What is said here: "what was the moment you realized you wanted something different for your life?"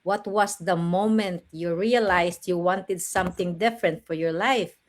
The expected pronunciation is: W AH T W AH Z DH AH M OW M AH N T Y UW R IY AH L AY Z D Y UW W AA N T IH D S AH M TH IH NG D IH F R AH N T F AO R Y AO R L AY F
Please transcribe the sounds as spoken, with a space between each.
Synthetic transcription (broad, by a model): W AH T W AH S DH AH M OW M AH N T Y UW R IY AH L AY S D Y UW W AA N T IH D S AH M TH IH NG D IH F R AH N T F AO R Y AO R L AY F